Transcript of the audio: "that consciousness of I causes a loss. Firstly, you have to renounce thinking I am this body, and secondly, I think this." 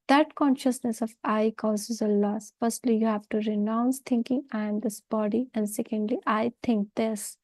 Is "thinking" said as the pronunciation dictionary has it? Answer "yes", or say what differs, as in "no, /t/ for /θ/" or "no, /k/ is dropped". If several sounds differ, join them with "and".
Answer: no, /t/ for /θ/